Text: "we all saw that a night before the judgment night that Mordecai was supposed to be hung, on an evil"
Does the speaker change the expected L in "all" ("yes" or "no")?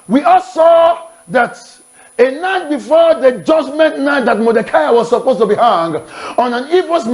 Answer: no